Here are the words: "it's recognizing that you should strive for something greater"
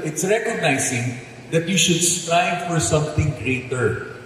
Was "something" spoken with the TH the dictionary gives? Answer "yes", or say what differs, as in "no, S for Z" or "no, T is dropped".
no, T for TH